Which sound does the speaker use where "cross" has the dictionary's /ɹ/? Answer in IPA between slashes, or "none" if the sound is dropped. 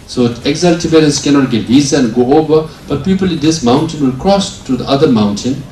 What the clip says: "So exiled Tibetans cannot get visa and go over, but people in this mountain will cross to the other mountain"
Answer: /ɹ/